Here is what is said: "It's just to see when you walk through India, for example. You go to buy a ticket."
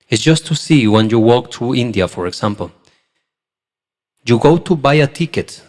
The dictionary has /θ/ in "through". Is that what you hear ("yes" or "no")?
no